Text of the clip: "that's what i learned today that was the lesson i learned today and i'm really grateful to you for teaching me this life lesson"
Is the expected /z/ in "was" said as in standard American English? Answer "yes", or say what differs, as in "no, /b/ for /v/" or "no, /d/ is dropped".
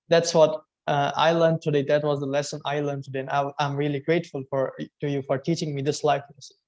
yes